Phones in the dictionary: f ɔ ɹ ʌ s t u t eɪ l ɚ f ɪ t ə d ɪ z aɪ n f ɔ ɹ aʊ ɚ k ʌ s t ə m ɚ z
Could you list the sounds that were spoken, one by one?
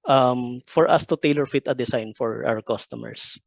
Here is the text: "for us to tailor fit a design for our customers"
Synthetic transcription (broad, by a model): f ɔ ɹ ʌ s t u t eɪ l ɚ f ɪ t ə d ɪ s aɪ n f ɔ ɹ aʊ ɚ k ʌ s t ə m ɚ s